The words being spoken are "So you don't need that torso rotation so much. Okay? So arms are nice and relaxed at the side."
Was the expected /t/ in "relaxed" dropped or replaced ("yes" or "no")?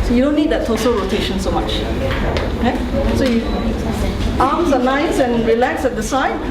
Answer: yes